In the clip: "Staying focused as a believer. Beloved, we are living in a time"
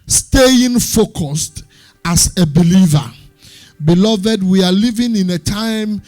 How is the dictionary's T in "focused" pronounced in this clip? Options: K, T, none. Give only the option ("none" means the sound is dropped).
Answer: T